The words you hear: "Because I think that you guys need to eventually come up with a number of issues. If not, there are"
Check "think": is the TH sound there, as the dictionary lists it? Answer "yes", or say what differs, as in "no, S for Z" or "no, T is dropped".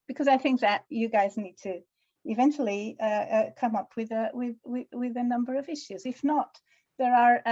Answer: yes